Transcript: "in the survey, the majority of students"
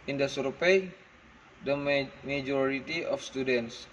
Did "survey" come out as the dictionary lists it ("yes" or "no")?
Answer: no